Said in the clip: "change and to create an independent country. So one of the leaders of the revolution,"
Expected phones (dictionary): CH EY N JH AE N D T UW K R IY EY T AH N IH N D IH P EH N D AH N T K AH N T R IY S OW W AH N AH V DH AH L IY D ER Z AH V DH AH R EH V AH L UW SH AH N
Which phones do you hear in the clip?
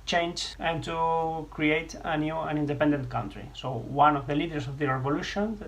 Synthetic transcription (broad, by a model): CH EY N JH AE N T UW K R IY EY T AH N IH N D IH P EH N D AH N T K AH N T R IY S OW W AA N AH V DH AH L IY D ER S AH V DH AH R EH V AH L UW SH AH N